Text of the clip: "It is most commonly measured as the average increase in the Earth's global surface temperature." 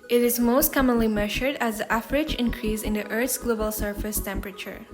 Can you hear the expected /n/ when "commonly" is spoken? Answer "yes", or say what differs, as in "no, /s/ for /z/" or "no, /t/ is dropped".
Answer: yes